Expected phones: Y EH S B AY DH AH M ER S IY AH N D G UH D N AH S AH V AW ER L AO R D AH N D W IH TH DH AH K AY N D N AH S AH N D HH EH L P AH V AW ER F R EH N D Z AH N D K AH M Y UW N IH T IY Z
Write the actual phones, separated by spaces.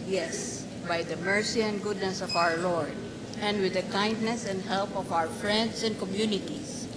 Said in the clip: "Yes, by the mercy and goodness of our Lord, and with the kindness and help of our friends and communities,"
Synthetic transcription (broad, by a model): Y EH S B AY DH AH M ER S IY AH N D G UH D N AH S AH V AW ER L AO R D AH N D W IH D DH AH K AY N D N AH S AH N D HH EH L P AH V AW ER F R EH N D S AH N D K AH M Y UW N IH T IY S